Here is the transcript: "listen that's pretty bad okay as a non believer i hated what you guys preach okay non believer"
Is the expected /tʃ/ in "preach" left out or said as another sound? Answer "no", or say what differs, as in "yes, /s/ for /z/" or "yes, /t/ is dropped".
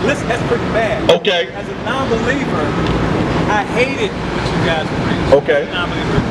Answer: yes, /tʃ/ is dropped